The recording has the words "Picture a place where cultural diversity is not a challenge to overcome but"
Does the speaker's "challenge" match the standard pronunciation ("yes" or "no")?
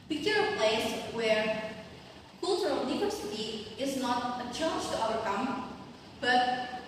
no